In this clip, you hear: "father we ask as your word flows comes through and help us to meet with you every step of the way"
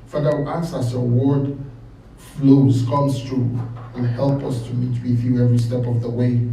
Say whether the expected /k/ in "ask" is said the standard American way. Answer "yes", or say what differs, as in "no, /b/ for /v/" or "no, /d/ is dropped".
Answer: no, /k/ is dropped